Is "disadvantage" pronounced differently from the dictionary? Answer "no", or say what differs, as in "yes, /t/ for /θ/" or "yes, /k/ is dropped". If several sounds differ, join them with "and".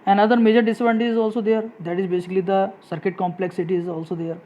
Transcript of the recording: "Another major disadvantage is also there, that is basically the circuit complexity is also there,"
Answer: yes, /dʒ/ is dropped